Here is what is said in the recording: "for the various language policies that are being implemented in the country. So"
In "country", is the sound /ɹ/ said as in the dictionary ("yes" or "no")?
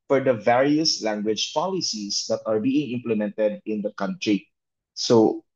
yes